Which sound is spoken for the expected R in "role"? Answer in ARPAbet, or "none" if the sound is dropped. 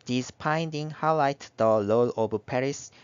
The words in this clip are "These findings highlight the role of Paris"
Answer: L